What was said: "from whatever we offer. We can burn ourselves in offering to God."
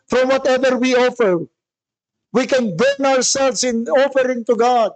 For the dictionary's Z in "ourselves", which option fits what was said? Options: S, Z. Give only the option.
S